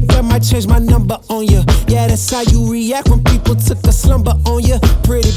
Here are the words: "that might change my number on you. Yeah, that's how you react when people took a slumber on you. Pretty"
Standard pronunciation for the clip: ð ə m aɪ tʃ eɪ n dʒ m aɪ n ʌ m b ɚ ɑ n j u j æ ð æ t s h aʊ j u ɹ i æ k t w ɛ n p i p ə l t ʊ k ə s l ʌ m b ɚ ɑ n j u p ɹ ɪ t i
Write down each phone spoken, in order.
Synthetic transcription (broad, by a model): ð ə m aɪ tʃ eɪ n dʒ m aɪ n ʌ m b ɚ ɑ n j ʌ j æ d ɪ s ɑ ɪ j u ɹ i æ k t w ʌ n p i p l t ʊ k ə s l ʌ m b ɚ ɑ n j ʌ p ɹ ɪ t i